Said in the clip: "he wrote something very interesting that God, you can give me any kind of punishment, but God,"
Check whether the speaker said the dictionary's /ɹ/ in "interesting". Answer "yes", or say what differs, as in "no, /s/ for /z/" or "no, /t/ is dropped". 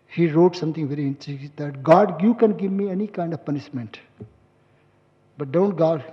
no, /ɹ/ is dropped